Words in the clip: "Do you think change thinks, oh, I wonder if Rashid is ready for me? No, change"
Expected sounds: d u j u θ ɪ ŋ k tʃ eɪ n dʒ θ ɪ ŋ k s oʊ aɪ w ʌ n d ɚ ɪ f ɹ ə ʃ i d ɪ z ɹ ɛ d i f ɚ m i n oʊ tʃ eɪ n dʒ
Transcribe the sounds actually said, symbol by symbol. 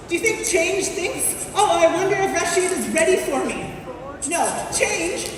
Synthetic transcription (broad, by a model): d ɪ j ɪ θ ɪ ŋ k tʃ eɪ n dʒ θ ɪ ŋ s oʊ aɪ w ʌ n d ɚ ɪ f ɹ ə ʃ i d ɪ z ɹ ɛ d i f ɚ m i n oʊ tʃ eɪ n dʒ